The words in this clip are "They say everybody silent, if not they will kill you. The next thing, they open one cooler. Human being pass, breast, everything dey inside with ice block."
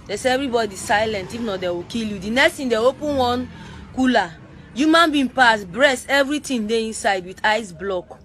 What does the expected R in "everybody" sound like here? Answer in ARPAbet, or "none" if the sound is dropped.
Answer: R